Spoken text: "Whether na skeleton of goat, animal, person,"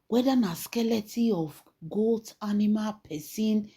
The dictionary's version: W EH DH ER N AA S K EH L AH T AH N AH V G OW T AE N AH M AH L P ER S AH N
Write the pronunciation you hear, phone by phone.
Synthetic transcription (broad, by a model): W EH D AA N AA S K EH L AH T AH AH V G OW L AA N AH M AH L P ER S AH N